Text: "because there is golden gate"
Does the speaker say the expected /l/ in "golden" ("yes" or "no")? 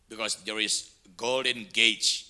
yes